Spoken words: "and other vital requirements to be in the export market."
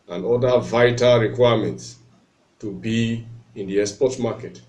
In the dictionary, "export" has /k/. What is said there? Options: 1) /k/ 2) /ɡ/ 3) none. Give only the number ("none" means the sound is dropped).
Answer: 3